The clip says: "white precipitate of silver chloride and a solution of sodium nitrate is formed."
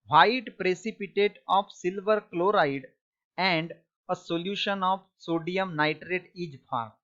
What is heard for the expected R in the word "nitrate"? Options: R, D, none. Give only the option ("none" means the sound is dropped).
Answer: R